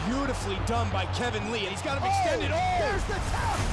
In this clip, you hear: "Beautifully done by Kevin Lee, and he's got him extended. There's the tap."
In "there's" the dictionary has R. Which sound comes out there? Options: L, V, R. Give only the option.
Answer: L